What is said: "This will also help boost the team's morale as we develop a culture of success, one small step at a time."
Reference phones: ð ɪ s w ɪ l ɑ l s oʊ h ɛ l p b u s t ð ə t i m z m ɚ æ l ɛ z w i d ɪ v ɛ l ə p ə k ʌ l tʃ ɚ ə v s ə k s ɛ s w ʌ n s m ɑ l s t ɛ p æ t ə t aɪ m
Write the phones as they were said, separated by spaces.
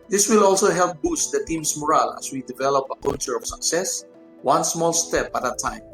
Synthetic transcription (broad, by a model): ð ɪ s w ɪ l ɑ l s oʊ h ɛ l p b u s t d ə t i m s m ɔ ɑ l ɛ s w i d ɪ v ɛ l ə p ə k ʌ tʃ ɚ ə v s ə k s ɛ s w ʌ n s m ɑ l s t ɛ p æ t ə t aɪ m